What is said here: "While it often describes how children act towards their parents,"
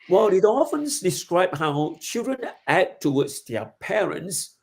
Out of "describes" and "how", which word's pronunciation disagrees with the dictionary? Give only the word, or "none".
describes